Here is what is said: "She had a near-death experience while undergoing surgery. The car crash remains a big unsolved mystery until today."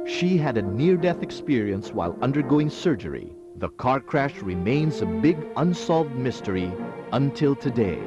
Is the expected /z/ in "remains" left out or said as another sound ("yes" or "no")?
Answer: no